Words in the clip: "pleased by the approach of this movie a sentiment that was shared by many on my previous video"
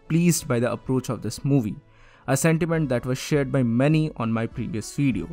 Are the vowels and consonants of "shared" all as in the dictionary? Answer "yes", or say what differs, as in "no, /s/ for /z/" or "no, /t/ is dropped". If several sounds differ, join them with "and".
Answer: yes